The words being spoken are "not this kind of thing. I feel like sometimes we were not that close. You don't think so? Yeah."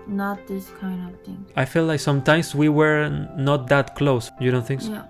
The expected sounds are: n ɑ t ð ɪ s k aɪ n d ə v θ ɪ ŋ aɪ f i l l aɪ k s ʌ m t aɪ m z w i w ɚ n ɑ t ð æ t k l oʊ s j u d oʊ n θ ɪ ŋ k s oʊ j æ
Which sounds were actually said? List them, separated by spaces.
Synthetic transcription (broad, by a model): n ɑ t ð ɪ s k aɪ n d ə v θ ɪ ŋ aɪ f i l l aɪ k s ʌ m t aɪ m s w i w ɚ n ɑ t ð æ t k l oʊ s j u d oʊ n θ ɪ ŋ k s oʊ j